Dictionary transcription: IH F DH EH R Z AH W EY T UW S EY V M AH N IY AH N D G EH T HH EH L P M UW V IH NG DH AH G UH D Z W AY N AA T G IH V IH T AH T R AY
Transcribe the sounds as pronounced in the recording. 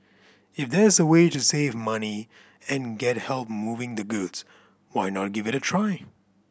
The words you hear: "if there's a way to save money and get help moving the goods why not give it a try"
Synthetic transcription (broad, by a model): IH F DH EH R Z AH W EY T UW S EY V M AH N IY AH N G EH T HH EH L P M UW V IH NG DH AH G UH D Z W AY N AA T G IH V IH T AH T R AY